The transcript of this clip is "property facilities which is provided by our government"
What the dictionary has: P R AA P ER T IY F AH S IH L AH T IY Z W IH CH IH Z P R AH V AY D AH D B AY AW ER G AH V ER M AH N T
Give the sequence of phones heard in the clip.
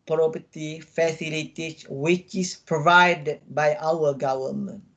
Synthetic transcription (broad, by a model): P R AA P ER T IY F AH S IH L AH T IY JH W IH CH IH S P R AH V AY D AH D B AY AW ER G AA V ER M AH N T